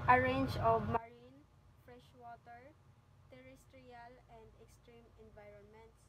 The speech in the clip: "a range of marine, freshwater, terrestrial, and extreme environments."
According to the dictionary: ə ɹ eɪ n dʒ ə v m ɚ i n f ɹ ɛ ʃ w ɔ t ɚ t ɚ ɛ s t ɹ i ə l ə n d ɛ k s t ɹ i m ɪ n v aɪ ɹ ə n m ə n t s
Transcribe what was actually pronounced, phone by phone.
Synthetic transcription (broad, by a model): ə ɹ eɪ n dʒ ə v m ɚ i n f ɹ ɛ ʃ w ɔ t ɚ t ɚ ɛ s t ɹ i ə l ə n d ɛ k s t ɹ i m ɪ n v aɪ ɹ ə n m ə n t s